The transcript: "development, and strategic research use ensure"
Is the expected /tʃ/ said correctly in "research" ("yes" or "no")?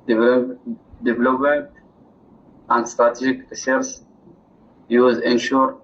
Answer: no